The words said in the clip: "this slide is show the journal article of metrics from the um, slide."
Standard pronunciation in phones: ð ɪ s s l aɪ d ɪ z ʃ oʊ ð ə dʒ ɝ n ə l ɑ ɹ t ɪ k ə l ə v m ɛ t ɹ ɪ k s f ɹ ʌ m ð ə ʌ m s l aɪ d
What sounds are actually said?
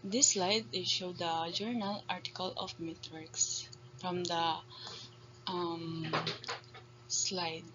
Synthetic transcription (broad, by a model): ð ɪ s s l aɪ d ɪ ʃ oʊ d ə dʒ ɝ n ə l ɑ ɹ t ɪ k ə l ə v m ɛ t w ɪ k s f ɹ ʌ m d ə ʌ m s l aɪ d